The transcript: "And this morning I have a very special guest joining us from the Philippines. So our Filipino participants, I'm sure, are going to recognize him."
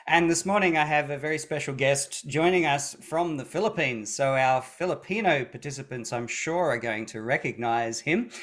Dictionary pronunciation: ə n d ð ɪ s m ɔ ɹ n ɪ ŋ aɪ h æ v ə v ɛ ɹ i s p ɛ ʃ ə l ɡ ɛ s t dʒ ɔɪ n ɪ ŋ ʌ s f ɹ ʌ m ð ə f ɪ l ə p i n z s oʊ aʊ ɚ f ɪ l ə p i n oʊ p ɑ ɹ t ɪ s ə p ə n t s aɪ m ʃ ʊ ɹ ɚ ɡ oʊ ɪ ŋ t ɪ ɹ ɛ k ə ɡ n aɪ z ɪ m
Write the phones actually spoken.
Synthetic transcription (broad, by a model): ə n ð ɪ s m ɔ ɹ n ɪ ŋ aɪ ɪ v ə v ɛ ɹ i s p ɛ ʃ l ɡ ɛ s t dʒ ɔɪ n ɪ ŋ ʌ s f ɹ ʌ m ð ə f ɪ l ə p i n z s oʊ aʊ ɚ f ɪ l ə p i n oʊ p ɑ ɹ t ɪ s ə p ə n t s aɪ m ʃ ʊ ɹ ɚ ɡ oʊ ɪ ŋ t ɪ ɹ ɛ k ə ɡ n aɪ z ɪ m